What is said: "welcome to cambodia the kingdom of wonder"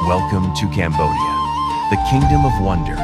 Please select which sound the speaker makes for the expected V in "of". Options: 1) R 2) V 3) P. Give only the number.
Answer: 2